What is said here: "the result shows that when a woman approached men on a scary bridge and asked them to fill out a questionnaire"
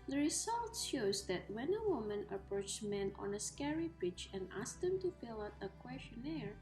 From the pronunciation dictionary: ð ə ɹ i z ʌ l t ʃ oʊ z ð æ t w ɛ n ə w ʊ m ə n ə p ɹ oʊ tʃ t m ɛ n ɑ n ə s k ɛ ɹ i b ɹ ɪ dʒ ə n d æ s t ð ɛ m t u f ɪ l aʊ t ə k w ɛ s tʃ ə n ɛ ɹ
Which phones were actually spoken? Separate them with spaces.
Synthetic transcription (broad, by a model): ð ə ɹ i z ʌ l t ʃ oʊ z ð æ t w ɛ n ə w ʊ m ə n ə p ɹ oʊ tʃ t m ɛ n ɑ n ə s k ɛ ɹ i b ɪ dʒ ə n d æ s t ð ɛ m t u f ɪ l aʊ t ə k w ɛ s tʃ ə n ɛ ɹ